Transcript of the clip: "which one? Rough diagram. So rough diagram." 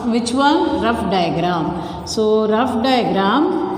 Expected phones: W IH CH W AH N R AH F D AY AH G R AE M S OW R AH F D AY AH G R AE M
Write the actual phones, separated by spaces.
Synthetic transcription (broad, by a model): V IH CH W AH L R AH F D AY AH G R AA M S OW R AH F D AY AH G R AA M